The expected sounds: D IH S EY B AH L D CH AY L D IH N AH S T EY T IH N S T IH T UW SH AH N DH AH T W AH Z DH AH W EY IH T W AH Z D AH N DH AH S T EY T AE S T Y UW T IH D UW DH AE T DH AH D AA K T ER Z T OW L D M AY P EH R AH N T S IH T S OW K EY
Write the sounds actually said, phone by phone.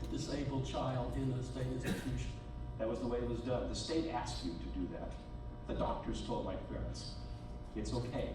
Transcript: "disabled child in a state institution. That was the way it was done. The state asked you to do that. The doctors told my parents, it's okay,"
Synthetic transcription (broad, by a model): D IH S EY B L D CH AY L D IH N AH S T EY IH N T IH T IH AH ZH DH AH T W AH Z DH AH W EY IH T W AH Z D AH N DH AH S T EY T AE S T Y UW T IH D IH DH AE T DH AH D AA K T ER Z T OW L D M AY P EH R AH N T S IH T S OW K EY